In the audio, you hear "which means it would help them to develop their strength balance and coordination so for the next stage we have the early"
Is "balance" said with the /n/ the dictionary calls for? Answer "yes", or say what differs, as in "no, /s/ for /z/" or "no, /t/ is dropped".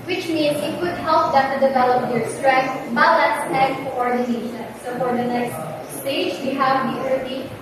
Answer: no, /n/ is dropped